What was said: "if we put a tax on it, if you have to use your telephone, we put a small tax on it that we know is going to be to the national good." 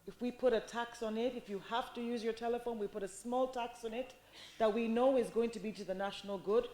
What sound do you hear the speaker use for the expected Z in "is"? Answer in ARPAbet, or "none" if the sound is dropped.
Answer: Z